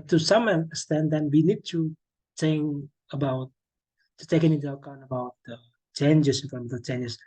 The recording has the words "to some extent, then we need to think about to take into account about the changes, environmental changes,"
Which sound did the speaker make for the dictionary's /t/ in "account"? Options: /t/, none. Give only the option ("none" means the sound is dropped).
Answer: none